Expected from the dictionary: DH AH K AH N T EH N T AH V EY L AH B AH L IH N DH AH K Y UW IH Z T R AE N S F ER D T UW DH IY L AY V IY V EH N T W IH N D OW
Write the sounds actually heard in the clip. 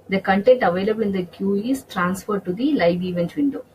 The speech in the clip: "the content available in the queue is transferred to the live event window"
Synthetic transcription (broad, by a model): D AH K AH N T EH N T AH V EY L AH B AH L IH N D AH K Y UW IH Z T R AE N S F ER D T UW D IY L AY V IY V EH N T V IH N D OW